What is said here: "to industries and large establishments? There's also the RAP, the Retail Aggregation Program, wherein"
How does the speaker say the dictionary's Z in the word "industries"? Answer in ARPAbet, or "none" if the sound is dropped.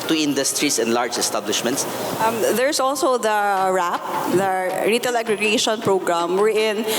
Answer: S